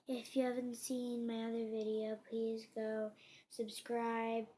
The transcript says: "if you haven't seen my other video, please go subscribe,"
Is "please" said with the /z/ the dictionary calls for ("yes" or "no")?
yes